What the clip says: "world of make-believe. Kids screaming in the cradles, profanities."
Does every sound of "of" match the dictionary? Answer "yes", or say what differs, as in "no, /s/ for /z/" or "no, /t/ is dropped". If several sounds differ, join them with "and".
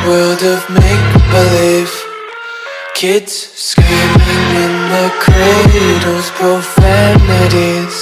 yes